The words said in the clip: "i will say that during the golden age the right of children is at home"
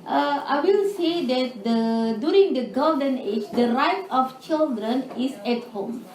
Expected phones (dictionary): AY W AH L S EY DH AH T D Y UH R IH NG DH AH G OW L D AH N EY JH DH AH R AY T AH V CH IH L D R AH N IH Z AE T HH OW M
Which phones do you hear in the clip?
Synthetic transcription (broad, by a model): AY W AH L S EY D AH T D Y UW R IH NG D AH G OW D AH N EY JH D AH R AY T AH F CH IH L D R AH N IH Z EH T HH OW M